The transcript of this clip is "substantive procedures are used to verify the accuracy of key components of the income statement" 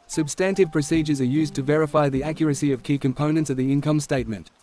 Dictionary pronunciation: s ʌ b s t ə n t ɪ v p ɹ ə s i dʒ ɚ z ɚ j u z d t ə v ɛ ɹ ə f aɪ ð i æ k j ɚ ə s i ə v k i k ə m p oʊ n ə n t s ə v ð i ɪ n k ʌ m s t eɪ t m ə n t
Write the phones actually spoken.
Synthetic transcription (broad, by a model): s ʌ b s t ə n t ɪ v p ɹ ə s i dʒ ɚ z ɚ j u z t ə v ɛ ɹ ə f aɪ ð i æ k j ɚ ə s i ə v k i k ə m p oʊ n ə n t s ə v ð i ɪ n k ʌ m s t eɪ t m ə n t